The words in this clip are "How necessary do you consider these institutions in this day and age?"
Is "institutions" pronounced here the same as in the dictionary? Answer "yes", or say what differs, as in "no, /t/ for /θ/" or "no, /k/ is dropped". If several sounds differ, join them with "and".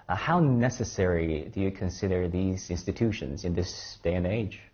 yes